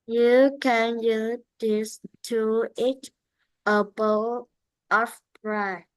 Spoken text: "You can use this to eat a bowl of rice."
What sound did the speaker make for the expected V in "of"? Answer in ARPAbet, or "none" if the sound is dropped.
P